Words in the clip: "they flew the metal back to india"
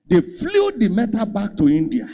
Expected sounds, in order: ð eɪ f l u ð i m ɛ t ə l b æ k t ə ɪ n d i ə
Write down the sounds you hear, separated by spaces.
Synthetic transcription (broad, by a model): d eɪ f l u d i m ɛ t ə b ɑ k t ə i n d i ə